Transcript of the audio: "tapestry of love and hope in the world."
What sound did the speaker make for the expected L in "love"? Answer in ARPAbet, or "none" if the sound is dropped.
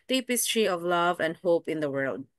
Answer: L